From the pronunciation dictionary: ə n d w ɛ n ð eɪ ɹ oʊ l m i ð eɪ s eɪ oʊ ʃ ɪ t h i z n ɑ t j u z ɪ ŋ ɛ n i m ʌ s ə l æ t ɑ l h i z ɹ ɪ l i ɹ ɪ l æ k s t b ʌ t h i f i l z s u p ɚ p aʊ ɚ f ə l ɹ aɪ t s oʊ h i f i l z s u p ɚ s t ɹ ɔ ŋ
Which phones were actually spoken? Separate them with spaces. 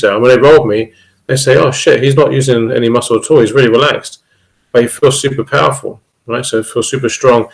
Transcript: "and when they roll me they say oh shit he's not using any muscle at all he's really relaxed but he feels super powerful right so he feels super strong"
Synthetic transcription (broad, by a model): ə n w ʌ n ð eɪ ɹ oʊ l m i ð eɪ s eɪ oʊ ʃ ɪ t h i z n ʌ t j u z ɪ ŋ ɛ n i m ʌ s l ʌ t ɑ l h i z ɹ ɪ l i ɹ ɪ l æ k s t b ʌ t h i f i l z s u p ɚ p aʊ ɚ f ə l ɹ aɪ t s oʊ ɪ f i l s u p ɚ s t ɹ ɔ ŋ